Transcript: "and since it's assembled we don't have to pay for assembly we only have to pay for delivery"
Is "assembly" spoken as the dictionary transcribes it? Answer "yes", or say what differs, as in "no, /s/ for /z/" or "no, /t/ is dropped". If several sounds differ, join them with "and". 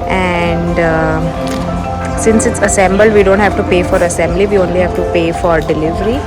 yes